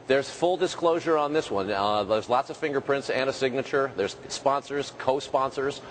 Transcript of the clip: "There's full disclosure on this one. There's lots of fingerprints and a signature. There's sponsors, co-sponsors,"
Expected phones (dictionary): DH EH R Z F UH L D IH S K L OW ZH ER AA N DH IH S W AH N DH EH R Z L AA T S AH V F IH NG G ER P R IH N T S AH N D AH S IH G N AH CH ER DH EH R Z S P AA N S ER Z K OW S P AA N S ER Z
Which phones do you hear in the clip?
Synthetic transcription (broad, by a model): DH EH R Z F UH L D IH S K L OW ZH ER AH N DH IH S W AH N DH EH R Z L AA T S AH V F IH NG G ER P R IH N T S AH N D AH S IH G N AH CH ER DH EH R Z S P AA N S ER Z K OW S P AA N S ER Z